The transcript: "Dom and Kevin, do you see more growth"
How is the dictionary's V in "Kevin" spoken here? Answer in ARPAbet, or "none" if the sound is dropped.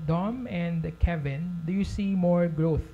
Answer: V